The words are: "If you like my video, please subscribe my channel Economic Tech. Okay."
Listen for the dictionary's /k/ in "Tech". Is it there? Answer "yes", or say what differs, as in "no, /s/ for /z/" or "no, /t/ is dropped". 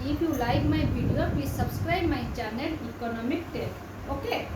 no, /k/ is dropped